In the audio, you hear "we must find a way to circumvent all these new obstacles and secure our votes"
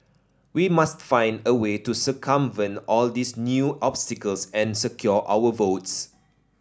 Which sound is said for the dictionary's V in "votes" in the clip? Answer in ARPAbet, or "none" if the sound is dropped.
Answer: V